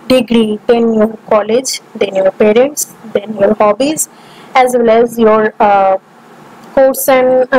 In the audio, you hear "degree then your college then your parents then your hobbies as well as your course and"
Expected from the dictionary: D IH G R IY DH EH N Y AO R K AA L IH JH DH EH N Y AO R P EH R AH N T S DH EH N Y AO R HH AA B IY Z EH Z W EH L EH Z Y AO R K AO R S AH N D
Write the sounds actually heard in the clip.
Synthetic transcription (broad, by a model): D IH G R IY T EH N Y AO R K AA L IH JH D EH N Y AO R P EH R AH N T S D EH N Y AO R HH AA B IY Z EH Z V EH L EH Z Y AO R K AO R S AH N